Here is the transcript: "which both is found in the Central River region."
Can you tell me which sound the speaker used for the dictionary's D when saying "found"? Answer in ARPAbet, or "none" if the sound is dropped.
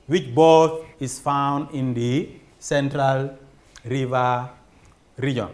D